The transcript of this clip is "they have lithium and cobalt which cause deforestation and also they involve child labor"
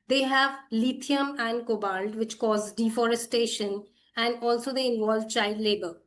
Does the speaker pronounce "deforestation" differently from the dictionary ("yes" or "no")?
no